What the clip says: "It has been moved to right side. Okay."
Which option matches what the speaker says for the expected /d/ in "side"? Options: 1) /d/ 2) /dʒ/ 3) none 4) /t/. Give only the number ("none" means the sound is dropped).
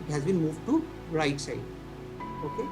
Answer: 3